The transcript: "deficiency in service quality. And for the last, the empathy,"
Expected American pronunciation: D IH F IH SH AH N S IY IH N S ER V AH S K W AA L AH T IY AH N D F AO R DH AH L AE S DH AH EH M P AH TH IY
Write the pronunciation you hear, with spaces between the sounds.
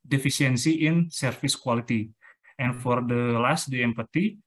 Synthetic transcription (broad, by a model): D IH F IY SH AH N S IY IH N S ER F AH S K W AA L AH T IY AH N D F AO R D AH L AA S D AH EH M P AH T IY